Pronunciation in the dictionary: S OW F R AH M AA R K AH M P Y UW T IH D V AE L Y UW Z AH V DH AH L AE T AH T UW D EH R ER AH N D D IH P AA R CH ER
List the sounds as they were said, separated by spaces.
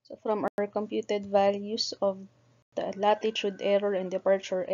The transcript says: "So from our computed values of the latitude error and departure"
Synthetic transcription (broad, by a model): S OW F R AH M AA R K AH M P Y UW T IH D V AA L Y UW S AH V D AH L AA T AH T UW D EH R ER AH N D D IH P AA R CH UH